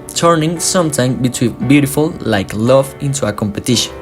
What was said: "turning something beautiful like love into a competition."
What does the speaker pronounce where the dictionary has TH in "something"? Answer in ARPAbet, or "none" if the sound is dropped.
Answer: T